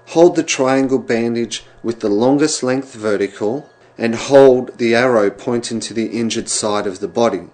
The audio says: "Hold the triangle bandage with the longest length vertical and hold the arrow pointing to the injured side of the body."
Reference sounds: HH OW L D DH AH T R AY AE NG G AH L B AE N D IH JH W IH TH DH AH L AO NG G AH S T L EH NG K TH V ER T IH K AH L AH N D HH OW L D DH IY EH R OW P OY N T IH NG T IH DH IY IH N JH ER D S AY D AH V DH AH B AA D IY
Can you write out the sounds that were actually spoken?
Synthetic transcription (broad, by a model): HH OW L D DH AH T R AY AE NG G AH L B AE N D IH JH W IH DH AH L AO NG G AH S T L EH NG K TH V ER T IH K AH L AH N HH OW L D DH IY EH R OW P OY N T IH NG T IH DH IY IH N JH ER D S AY D AH V DH AH B AA D IY